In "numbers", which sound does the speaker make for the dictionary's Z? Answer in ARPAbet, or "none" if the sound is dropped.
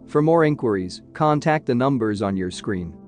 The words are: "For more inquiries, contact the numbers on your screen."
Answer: Z